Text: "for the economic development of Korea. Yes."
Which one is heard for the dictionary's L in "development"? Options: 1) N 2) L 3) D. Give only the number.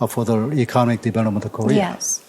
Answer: 1